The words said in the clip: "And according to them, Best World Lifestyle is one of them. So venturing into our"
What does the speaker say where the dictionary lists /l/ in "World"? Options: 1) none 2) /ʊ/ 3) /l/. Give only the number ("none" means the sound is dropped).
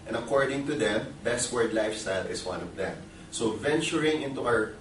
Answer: 1